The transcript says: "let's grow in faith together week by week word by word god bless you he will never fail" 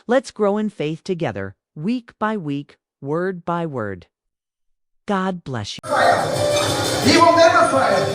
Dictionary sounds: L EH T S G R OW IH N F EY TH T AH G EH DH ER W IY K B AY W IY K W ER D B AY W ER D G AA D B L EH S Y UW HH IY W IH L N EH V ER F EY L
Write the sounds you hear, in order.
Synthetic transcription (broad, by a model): L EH T S G R OW IH N F EY TH T AH G EH DH ER W IY K B AY W IY K W ER D B AY W ER D G AA D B L EH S Y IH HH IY W IH L N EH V ER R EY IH